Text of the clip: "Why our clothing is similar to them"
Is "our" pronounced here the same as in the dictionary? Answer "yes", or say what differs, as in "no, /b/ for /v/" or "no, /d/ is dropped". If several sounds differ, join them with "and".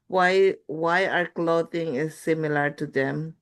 yes